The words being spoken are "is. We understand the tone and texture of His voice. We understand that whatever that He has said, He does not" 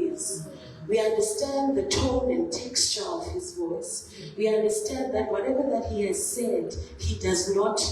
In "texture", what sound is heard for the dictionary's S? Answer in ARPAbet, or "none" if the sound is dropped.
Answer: S